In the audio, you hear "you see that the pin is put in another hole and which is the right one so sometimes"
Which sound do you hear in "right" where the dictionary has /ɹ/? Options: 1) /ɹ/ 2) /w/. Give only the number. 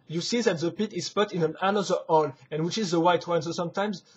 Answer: 2